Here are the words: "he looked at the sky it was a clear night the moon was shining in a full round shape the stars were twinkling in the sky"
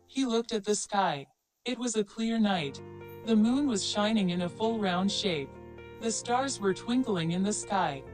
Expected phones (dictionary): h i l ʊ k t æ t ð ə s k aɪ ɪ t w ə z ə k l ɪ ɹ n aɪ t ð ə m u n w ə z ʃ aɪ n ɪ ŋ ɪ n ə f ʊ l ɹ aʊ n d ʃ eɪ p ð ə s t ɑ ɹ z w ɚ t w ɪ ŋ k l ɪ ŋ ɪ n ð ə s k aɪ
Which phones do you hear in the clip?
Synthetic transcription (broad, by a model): h i l ʊ k t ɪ t ð ə s k aɪ ɪ t w ə z ə k l ɪ ɹ n aɪ t ð ə m u n w ə z ʃ aɪ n ɪ ŋ ɪ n ə f ʊ l ɹ aʊ n d ʃ eɪ p ð ə s t ɑ ɹ z w ɚ t w ɪ ŋ k l ɪ ŋ ɪ n ð ə s k aɪ